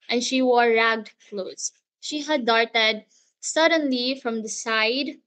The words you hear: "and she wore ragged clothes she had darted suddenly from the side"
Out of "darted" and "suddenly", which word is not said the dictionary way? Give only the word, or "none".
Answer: none